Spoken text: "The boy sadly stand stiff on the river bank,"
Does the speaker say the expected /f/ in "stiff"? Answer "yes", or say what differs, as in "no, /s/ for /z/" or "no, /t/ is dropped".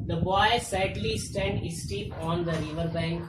no, /p/ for /f/